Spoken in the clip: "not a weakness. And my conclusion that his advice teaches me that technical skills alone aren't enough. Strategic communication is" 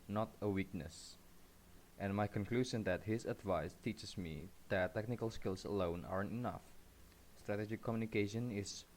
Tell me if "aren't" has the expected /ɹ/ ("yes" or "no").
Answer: yes